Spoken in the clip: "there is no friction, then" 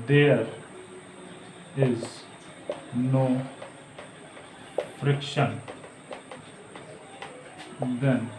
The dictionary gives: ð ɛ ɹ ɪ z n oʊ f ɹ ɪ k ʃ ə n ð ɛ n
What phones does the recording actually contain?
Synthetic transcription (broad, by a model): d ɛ ɹ ɪ z n oʊ f ɹ ɪ k ʃ ə n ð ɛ n